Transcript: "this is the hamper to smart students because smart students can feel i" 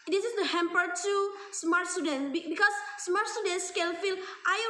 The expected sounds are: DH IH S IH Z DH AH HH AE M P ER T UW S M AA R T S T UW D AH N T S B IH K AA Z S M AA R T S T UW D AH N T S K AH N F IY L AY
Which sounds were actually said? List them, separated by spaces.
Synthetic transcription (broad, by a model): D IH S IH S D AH HH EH M P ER T UW S M AA R T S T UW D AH N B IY B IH K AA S M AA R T S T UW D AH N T S K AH L F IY L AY